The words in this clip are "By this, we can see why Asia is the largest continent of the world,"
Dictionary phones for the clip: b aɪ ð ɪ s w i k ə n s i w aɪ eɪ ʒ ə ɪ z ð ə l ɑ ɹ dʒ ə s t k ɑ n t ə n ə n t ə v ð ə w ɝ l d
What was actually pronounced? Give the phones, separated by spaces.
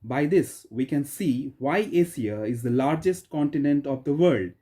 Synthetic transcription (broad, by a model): b aɪ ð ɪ s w i k ə n s i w aɪ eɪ s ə ɪ z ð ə l ɑ ɹ dʒ ə s t k ɑ n t ə n ə n t ə v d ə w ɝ l d